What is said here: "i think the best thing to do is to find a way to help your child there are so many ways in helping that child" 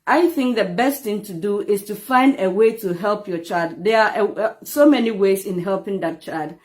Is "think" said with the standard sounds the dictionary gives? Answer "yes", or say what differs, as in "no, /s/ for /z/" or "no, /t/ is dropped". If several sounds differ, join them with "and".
yes